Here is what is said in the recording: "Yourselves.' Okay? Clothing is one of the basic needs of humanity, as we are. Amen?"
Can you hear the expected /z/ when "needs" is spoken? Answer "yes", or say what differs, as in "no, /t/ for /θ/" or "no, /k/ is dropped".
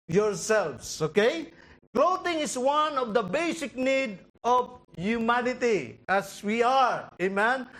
no, /z/ is dropped